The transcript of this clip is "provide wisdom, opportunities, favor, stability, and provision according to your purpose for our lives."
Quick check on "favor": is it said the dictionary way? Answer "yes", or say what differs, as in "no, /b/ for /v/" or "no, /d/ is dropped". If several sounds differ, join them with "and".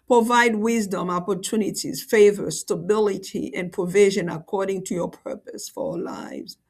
yes